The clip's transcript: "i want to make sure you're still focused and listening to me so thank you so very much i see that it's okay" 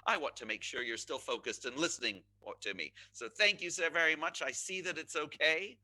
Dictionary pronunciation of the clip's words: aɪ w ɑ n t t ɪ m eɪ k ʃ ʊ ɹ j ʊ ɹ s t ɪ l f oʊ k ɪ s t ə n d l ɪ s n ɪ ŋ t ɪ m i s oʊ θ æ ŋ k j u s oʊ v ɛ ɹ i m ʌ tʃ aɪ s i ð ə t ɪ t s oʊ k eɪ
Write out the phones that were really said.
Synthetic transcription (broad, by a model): aɪ w ɑ n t t ɪ m eɪ k ʃ ʊ ɹ j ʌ ɹ s t ɪ l f oʊ k ɪ s t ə n l ɪ s n ɪ ŋ t ɪ m i s oʊ θ æ ŋ k j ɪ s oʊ v ɛ ɹ i m ʌ tʃ aɪ s i ð ə t ɪ t s oʊ k eɪ